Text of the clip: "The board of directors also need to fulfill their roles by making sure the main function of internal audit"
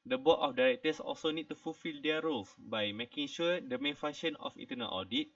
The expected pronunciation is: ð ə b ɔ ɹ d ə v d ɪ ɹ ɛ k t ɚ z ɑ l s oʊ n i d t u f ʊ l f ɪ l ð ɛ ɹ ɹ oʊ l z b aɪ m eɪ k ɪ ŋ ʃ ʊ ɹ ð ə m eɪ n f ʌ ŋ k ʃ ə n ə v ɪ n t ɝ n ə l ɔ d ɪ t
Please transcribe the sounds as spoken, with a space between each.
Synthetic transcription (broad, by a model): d ə b ɔ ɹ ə f d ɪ ɹ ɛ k t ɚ s ɑ l s oʊ n i d t u f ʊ l f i l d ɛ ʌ ɹ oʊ l s b aɪ m eɪ k ɪ ŋ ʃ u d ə m eɪ n f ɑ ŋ ʃ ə n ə f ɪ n t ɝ n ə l ɔ d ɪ t